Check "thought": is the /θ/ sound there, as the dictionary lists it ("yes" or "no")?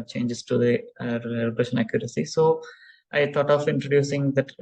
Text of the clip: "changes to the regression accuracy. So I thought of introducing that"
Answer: no